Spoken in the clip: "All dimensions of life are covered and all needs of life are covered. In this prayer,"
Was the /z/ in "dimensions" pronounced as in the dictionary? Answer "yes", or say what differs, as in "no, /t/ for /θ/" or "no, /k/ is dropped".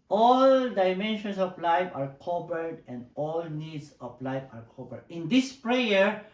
no, /s/ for /z/